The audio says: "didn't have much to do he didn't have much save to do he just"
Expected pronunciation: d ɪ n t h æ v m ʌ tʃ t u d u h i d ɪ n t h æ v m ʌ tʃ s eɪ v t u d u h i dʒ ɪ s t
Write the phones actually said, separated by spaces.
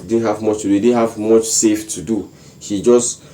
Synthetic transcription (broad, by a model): d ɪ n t h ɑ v m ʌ tʃ t u d u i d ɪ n h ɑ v m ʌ tʃ s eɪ f t u d u h i dʒ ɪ s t